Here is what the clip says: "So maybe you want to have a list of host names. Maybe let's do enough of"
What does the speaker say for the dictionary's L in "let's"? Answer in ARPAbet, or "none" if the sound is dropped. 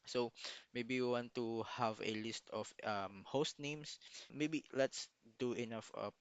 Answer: L